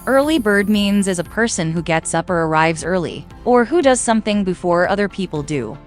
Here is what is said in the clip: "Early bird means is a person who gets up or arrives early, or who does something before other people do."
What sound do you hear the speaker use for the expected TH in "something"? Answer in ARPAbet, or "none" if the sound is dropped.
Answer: TH